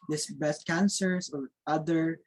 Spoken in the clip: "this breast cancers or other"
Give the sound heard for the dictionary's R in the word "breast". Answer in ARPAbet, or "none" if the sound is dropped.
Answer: none